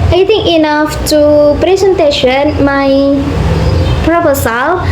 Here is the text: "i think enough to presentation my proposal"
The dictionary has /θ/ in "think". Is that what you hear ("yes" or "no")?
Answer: no